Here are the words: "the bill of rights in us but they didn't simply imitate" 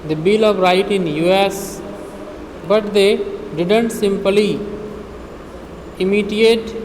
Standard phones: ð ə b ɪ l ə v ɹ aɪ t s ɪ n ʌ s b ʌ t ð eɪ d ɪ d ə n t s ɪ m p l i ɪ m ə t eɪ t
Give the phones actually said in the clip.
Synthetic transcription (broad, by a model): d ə b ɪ l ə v ɹ aɪ t ɪ n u s b ʌ t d eɪ d ɪ d ə n t s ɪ m p l i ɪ m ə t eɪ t